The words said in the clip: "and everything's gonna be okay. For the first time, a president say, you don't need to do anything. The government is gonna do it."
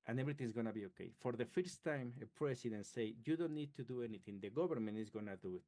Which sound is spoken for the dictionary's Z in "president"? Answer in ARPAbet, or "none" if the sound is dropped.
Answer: S